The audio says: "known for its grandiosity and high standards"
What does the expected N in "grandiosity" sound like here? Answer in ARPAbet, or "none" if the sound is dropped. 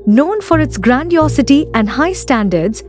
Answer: N